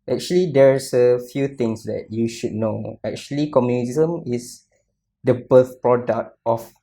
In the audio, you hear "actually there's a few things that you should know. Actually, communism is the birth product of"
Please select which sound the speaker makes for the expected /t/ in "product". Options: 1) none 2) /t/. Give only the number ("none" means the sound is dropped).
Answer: 2